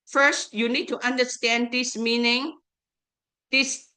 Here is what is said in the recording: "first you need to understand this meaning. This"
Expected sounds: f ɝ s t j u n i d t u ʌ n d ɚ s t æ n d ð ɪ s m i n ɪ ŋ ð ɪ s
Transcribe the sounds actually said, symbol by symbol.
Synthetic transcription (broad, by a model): f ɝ s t j u n i d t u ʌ n d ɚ s t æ n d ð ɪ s m i n ɪ ŋ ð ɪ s